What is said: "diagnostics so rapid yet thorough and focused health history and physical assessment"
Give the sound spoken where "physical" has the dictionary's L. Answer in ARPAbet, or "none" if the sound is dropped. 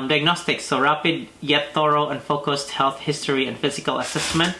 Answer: L